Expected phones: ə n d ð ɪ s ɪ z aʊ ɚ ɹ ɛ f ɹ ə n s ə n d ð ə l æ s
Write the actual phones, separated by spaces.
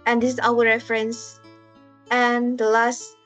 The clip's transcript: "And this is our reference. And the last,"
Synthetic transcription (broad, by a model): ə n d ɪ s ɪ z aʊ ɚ ɹ ɛ f ɹ ə n s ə n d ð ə l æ s